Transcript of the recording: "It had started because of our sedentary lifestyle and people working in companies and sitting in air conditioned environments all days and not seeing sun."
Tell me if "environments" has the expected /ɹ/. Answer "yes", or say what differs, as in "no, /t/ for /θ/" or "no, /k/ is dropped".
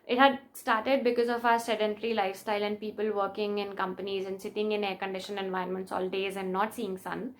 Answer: no, /ɹ/ is dropped